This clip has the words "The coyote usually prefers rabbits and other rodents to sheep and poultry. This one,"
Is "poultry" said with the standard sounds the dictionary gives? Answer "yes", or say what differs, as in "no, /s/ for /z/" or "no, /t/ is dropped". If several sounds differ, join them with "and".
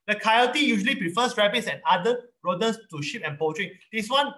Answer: no, /l/ is dropped